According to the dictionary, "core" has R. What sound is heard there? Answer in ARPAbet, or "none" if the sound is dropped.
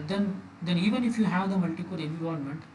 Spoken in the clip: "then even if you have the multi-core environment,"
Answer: L